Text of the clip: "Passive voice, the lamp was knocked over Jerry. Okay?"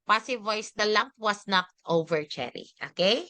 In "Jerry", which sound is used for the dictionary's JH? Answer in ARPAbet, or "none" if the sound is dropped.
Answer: CH